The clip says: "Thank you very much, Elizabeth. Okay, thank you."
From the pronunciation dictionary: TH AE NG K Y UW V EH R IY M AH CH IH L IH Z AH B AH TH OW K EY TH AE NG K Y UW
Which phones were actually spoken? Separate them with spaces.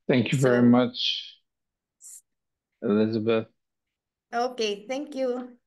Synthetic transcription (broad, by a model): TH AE NG K Y UW V EH R IY M AH CH IH L IH Z AH B AH TH OW K EY TH AE NG K Y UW